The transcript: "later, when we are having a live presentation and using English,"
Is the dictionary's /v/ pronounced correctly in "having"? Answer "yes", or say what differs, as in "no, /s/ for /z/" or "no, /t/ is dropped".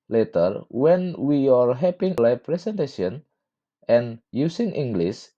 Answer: no, /p/ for /v/